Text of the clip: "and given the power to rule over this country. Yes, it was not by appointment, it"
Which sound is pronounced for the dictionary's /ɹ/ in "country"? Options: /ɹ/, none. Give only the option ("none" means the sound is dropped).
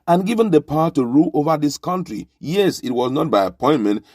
/ɹ/